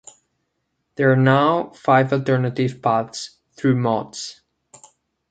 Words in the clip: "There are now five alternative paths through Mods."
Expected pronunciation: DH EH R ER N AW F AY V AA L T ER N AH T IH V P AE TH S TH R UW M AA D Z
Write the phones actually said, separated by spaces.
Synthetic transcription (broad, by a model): DH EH R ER N AW F AY V AA L T ER N AH T IH V P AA T S TH R UW M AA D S